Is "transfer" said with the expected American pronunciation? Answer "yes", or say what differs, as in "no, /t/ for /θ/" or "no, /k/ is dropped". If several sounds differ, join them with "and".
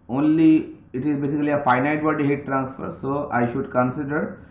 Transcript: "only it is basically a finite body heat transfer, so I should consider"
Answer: yes